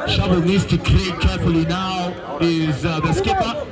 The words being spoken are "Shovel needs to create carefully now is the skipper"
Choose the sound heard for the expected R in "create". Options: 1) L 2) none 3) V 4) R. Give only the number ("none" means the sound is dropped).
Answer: 1